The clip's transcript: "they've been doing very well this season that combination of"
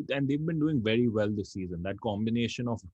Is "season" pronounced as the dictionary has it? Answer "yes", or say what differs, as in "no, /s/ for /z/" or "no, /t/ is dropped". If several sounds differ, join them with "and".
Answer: yes